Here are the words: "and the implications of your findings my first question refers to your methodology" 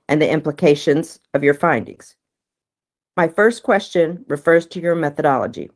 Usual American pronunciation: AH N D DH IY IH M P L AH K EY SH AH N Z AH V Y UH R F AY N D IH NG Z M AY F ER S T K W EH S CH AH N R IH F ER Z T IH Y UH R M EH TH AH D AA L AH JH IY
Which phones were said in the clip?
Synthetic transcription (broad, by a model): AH N DH IY IH M P L AH K EY SH AH N Z AH V Y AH R F AY N D IH NG Z M AY F ER S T K W EH S CH AH N R IH F ER Z T IH Y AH R M EH TH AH D AA L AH JH IY